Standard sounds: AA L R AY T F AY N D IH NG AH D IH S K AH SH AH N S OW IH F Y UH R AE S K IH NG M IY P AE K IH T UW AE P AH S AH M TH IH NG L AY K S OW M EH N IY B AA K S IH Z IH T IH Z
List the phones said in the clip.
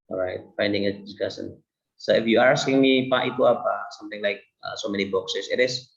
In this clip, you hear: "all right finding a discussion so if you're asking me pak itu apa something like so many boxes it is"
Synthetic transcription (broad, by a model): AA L R AY T F AY N D IH NG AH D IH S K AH S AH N S OW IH F Y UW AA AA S K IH NG M IY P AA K IH T UW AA P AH S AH M T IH NG L AY K S OW M EH N IY B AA K S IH S IH T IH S